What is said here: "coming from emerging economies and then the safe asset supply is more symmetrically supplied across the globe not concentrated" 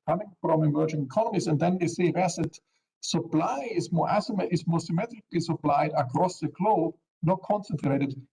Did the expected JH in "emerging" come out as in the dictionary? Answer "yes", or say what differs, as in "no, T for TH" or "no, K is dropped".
yes